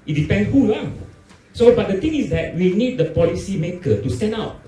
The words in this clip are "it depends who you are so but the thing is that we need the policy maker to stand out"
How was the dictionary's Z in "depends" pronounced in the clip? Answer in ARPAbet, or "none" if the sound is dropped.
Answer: none